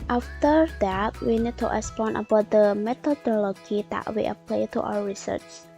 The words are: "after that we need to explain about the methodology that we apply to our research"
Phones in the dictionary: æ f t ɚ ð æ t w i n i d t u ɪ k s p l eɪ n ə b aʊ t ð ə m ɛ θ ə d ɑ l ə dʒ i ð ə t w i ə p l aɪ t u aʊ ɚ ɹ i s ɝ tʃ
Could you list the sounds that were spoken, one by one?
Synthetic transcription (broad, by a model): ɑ f t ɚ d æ t w i n i d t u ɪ s p ɔ n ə b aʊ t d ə m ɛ t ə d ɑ l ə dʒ i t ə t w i ə p l aɪ t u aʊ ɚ ɹ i s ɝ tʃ